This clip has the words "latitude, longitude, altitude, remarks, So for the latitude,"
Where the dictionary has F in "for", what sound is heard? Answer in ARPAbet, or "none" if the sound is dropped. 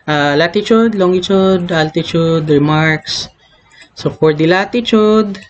P